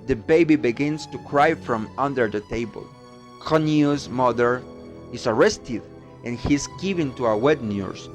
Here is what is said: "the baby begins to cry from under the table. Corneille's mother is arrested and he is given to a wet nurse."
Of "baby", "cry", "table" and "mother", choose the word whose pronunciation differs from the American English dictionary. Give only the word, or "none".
none